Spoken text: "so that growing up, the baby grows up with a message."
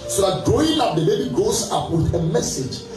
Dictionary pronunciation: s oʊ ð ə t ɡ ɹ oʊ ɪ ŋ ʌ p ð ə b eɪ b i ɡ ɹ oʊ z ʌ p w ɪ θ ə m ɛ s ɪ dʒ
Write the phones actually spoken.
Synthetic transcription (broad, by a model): s oʊ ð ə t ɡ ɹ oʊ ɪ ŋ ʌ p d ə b eɪ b i ɡ oʊ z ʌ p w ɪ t ə m ɛ s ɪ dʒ